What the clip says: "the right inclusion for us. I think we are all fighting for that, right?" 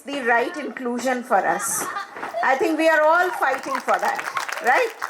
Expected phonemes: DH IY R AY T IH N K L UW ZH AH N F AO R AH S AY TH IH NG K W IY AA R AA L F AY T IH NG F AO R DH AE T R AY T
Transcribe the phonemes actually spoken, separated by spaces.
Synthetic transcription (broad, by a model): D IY R AY T IH N K L UW ZH AH N F AO R AH S AY T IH NG K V IY AA R AA L F AY T IH NG F AO R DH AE T R AY T